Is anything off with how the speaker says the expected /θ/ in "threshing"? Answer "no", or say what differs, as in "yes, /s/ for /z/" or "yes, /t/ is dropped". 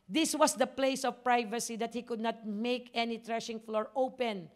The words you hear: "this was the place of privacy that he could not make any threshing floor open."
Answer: yes, /t/ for /θ/